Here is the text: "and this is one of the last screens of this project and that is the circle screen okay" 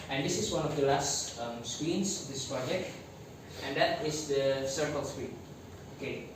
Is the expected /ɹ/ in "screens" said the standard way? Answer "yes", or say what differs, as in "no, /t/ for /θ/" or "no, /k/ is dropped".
no, /w/ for /ɹ/